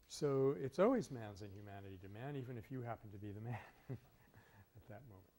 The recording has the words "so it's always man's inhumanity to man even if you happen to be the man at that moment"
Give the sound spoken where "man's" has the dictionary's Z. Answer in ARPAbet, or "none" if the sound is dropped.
Z